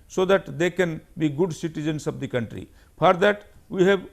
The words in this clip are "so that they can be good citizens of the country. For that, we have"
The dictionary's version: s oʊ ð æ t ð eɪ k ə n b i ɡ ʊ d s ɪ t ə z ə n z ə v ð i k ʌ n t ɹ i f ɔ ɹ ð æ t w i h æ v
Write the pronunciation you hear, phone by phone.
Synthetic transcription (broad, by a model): s oʊ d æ t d eɪ k ə n b i ɡ ʊ d s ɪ t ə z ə n s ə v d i k ʌ n t ɹ i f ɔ ɹ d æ t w i h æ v